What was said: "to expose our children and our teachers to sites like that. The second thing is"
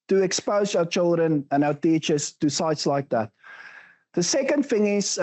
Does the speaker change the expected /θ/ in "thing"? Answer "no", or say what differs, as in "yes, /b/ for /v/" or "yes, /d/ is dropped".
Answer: yes, /f/ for /θ/